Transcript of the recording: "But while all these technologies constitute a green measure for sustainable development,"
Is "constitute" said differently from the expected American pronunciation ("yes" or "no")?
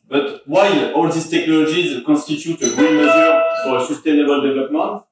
yes